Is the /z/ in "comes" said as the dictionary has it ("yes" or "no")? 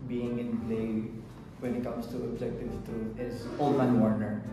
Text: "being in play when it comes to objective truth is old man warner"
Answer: no